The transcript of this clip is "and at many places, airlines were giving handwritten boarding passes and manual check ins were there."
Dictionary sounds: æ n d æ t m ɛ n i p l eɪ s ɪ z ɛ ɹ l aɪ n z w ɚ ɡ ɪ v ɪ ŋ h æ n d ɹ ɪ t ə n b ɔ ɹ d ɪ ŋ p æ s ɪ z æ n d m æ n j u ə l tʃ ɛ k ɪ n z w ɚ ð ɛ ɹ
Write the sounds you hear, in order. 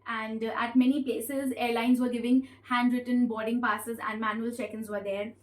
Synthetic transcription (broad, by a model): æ n d æ t m ɛ n i p l eɪ s ɪ z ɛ ɹ l aɪ n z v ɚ ɡ ɪ v ɪ ŋ h æ n d ɹ ɪ t ə n b ɔ ɹ d ɪ ŋ p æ s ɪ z æ n d m æ n j u ə l tʃ ɛ k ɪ n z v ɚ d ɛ ɹ